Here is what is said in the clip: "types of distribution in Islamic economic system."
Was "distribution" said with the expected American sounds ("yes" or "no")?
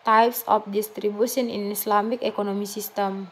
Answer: no